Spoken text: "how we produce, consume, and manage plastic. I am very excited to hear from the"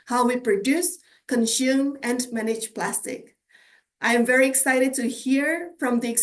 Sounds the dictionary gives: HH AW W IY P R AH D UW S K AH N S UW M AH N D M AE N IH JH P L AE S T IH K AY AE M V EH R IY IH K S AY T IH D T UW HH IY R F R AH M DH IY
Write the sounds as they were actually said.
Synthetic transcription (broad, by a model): HH AW W IY P R AH D UW S K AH N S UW M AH N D M AE N IH JH P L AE S T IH K AY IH M V EH R IY IH K S AY T IH D T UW HH IY R F R AH M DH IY